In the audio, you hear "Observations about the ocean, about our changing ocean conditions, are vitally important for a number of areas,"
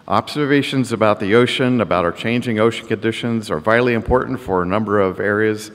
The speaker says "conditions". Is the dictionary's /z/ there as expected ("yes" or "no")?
yes